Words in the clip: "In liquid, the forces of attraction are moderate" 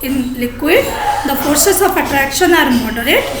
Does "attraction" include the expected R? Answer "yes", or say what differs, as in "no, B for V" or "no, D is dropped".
yes